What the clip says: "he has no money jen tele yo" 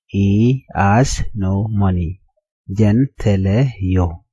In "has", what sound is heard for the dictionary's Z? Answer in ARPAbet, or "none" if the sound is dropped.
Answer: S